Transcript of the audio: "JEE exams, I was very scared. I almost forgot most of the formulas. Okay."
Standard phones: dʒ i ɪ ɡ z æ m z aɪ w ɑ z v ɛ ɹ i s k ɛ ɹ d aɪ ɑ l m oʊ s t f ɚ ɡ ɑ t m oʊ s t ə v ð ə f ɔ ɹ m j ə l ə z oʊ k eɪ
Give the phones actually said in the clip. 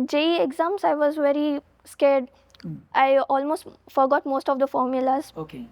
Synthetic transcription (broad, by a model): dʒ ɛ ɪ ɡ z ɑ m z aɪ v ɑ z v ɛ ɹ i s k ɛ ɹ d aɪ ɑ l m oʊ s t f ɚ ɡ ɑ t m oʊ s t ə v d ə f ɔ ɹ m j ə l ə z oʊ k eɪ